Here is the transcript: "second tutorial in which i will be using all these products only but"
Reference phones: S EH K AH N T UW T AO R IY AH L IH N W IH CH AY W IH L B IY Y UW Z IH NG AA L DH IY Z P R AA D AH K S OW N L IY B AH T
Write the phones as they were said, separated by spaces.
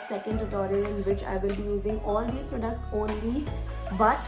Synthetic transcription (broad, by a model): S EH K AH N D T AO R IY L IH N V IH CH AY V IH L B IY Y UW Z IH NG AA L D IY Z P R AA D AH K S OW N L IY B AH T